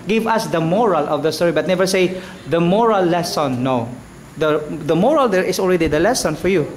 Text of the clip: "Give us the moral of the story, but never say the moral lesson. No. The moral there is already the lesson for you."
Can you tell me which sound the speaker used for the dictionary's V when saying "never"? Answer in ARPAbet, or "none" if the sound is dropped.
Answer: V